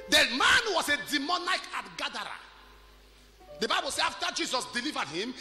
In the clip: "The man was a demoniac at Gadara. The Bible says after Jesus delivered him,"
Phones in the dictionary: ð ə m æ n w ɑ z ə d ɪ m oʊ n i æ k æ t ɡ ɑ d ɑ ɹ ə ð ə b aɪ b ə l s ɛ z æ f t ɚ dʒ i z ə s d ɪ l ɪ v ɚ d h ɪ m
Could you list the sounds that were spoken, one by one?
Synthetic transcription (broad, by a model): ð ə m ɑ n w ɑ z ə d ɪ m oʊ n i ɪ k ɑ t ɡ ɑ d ɑ ɹ ə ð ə b aɪ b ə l s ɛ ɑ f t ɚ dʒ i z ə s d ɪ l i v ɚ d h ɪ m